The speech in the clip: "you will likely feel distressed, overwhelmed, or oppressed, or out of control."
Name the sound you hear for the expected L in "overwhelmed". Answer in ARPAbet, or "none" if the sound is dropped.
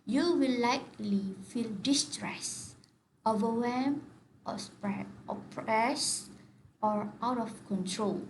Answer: none